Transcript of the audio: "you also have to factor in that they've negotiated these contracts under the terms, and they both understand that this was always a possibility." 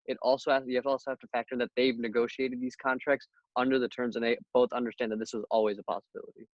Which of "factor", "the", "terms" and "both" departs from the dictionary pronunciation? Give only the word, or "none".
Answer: none